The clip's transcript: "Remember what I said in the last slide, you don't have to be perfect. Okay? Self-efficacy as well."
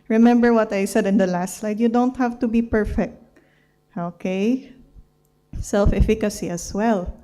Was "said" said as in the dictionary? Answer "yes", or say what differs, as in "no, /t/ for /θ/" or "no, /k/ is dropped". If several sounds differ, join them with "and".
yes